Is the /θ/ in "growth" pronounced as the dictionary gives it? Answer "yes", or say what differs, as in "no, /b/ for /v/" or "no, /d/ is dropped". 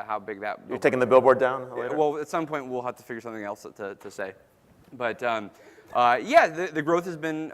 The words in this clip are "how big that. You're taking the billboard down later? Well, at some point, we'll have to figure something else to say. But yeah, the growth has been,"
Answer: yes